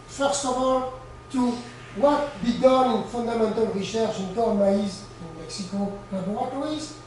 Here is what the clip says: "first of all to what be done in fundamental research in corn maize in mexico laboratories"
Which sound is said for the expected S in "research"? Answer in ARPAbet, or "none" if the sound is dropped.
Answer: SH